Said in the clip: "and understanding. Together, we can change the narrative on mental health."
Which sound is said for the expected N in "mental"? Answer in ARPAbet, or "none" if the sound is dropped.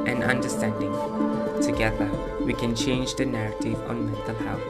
none